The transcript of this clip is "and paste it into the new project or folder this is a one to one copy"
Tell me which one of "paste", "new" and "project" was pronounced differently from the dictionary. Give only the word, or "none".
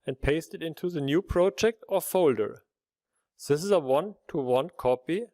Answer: none